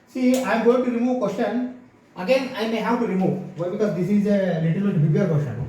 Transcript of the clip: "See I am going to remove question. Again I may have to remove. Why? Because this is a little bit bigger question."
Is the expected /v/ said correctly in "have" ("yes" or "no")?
no